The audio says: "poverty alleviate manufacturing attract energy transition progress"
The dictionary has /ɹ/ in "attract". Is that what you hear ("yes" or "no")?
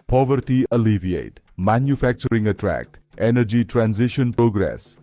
yes